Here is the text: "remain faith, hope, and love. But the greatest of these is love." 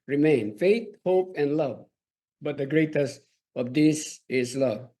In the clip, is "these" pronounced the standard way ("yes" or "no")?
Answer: no